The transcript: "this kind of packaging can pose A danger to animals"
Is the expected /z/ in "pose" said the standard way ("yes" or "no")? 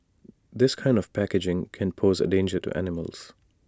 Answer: yes